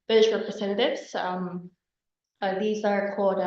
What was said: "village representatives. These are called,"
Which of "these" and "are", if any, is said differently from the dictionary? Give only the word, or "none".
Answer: none